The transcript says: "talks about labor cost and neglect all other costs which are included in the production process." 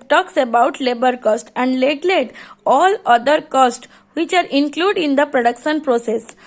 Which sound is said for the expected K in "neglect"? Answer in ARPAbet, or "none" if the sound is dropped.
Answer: none